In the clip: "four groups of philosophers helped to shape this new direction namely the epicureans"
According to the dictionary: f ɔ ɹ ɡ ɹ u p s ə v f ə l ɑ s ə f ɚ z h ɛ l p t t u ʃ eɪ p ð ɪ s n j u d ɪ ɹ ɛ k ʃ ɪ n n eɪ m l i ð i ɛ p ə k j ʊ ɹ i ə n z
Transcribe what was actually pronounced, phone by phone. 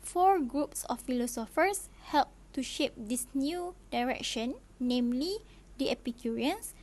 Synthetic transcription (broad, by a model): f ɔ ɹ ɡ ɹ u p s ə f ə l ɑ s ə f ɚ s h ɛ l p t t u ʃ eɪ p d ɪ s n j u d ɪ ɹ ɛ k ʃ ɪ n n eɪ m l i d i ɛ p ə k j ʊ ɹ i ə n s